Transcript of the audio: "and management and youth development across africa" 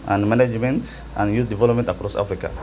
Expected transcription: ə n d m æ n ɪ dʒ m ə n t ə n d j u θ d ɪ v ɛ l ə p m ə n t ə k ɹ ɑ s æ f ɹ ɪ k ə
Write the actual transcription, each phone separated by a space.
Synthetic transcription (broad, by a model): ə n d m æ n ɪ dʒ m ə n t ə n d j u s d ɪ v ɛ l ə p m ə n t ə k ɹ ɑ s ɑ f ɹ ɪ k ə